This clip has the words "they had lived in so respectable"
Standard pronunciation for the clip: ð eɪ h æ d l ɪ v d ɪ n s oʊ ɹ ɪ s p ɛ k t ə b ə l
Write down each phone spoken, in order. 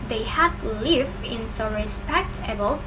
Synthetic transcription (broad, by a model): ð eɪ h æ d l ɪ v ɪ n s oʊ ɹ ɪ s p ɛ k t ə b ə l